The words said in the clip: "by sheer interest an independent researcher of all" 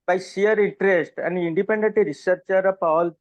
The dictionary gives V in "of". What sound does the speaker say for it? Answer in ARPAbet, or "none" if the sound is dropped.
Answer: P